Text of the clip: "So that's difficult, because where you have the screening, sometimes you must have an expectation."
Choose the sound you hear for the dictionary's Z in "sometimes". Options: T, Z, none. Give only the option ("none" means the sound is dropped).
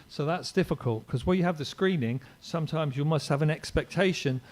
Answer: Z